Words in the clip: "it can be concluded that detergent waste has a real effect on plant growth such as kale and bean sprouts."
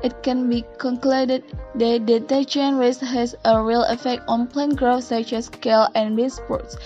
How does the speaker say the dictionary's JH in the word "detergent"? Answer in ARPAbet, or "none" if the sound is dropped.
CH